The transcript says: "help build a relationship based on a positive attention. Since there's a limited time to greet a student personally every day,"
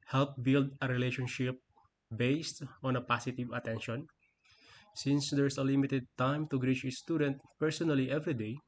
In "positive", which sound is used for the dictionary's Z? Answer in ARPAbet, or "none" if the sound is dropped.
S